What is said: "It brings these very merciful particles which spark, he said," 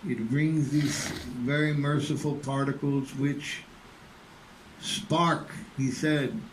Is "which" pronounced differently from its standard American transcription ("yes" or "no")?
no